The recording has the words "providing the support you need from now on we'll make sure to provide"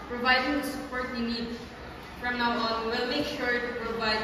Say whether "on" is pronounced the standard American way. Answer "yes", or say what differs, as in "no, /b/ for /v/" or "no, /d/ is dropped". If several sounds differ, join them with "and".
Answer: no, /l/ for /n/